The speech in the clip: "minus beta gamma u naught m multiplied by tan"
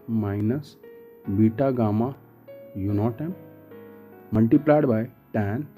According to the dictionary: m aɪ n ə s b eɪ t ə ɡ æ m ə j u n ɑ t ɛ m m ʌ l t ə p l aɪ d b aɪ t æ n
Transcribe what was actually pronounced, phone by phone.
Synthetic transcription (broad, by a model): m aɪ n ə s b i t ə ɡ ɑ m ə j u n ɑ t ɛ m m ʌ l t ə p l aɪ d b aɪ t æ n